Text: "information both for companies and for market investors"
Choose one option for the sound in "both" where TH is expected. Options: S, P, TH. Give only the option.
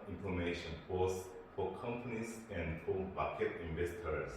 S